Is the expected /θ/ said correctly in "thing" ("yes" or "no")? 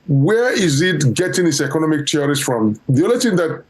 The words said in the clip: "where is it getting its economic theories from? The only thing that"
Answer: no